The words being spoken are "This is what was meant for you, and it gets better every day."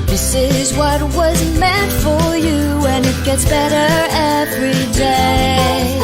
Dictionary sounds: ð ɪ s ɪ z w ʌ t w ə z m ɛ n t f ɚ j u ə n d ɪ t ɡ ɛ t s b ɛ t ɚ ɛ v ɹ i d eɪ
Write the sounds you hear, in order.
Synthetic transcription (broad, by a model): ð ɪ s ɪ z w ʌ t w ə z m ɛ n t f ɚ j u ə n ɪ t ɡ ɛ t s b ɛ t ɚ ɛ v ɹ i d eɪ